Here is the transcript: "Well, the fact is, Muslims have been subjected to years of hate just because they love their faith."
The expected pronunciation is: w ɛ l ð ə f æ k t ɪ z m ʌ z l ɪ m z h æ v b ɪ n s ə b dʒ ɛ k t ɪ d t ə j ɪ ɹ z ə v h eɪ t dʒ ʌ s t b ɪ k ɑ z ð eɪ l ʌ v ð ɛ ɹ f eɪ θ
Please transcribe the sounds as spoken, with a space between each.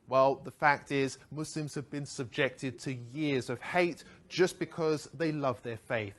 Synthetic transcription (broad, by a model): w ɛ l ð ə f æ k t ɪ z m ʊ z l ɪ m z h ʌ v b ɪ n s ə b dʒ ɛ k t ɪ d t ə j ɪ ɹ z ə v h eɪ t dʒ ʌ s b ɪ k ɑ z ð eɪ l ʌ v ð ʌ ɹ f eɪ θ